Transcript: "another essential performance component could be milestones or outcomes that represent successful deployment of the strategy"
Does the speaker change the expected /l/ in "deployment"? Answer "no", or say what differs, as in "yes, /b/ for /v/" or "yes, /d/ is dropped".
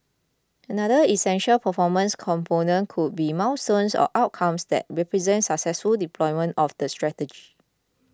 no